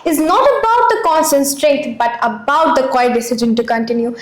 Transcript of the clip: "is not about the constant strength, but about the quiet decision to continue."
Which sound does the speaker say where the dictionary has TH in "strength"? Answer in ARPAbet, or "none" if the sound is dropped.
T